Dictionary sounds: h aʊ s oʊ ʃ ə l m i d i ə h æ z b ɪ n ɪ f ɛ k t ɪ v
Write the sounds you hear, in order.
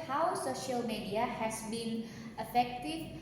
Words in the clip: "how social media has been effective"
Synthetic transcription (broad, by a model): h aʊ s oʊ ʃ ə l m i d i ə h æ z b ɪ n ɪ f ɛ k t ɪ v